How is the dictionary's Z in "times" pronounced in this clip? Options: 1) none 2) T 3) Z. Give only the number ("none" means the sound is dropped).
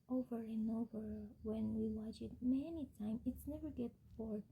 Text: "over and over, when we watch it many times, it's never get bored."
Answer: 1